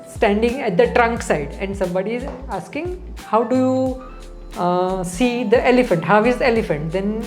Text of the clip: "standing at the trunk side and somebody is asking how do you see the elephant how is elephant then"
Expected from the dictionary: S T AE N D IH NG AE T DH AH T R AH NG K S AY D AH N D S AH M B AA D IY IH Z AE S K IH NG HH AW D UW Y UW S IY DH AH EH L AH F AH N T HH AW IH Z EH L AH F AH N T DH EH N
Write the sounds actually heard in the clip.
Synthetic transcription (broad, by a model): S T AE N D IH NG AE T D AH T R AH NG K S AY D AH N D S AH M B AA D IY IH Z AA S K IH NG HH AW D UW Y UW S IY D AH EH L AH F AH N T HH AW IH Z EH L AH F AH N T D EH N